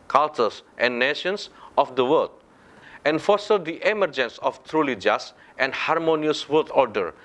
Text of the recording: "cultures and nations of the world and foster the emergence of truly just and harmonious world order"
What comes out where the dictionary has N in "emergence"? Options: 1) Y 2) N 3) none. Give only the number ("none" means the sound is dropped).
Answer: 2